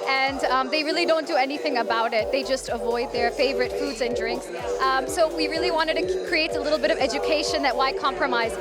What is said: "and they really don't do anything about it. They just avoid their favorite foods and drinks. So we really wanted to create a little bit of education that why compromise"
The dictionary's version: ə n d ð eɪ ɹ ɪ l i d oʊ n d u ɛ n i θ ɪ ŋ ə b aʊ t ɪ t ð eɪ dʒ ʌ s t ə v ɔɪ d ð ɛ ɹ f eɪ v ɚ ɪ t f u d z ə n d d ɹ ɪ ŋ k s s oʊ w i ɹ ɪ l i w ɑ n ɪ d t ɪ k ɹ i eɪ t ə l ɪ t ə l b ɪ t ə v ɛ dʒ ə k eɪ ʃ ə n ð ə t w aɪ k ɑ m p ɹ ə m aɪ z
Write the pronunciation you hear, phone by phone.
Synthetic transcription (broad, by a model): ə n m ð eɪ ɹ ɪ l i d oʊ n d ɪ ɛ n i θ ɪ ŋ ə b aʊ t ɪ t ð eɪ dʒ ʌ s t ə v ɔɪ d ð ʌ ɹ f eɪ v ɚ ɪ t f u d z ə n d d ɹ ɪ ŋ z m s oʊ w i ɹ ɪ l i w ɑ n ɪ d t ɪ k ɹ i eɪ t ə l ɪ t l b ɪ t ə v ɛ dʒ ə k eɪ ʃ ə n ð ə t w aɪ k ɑ m p ɹ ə m aɪ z